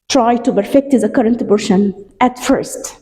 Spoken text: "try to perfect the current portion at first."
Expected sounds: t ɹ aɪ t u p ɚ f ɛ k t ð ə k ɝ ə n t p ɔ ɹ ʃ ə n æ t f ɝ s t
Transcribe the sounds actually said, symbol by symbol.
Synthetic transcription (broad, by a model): t ɹ aɪ t u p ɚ f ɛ k t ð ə k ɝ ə n t b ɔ ɹ ʃ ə n æ t f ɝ s t